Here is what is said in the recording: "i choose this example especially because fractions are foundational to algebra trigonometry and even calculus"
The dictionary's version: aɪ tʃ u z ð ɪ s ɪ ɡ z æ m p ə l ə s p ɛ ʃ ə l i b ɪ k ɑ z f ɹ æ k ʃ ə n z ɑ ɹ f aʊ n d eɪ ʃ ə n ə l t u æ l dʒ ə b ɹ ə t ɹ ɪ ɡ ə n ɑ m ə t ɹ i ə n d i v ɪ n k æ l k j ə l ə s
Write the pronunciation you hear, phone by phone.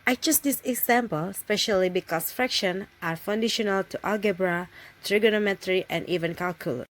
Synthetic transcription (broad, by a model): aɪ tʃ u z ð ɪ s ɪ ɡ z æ m p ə l s p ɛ ʃ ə l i b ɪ k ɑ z f ɹ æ k ʃ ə n ɑ ɹ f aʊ n d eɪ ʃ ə n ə l t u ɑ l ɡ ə b ɹ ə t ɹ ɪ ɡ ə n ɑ m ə t ɹ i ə n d i v ɪ n k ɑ l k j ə l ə